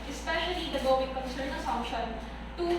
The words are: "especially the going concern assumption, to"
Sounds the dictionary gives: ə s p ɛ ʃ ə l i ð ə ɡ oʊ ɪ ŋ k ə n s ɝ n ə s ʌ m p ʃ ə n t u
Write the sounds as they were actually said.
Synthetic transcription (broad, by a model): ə s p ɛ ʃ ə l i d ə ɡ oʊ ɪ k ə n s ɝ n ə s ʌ p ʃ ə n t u